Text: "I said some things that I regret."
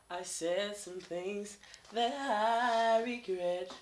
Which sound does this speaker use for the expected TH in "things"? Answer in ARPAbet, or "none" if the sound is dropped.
TH